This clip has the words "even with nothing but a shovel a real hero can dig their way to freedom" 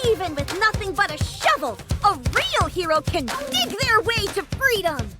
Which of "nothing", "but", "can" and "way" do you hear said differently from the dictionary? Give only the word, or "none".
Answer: none